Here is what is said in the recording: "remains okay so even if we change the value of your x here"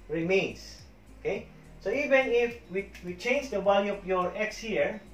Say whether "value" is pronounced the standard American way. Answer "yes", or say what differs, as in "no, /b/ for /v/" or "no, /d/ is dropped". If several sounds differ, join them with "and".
no, /b/ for /v/